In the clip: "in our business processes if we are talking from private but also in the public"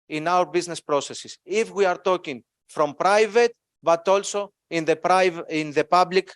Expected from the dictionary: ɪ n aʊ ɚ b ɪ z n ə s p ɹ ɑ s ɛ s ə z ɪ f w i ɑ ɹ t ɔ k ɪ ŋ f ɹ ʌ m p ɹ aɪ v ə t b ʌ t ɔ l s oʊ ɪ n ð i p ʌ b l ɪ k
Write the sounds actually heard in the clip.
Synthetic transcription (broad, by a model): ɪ n aʊ ɚ b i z n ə s p ɹ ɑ s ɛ s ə s ɪ f w i ɑ ɹ t ɔ k ɪ ŋ f ɹ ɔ m p ɹ aɪ v ə t b ʌ t ɔ l s oʊ ɪ n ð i p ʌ b l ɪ k